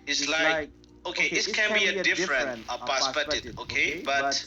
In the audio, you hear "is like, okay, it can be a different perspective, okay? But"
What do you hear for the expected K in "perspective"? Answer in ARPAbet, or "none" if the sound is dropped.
none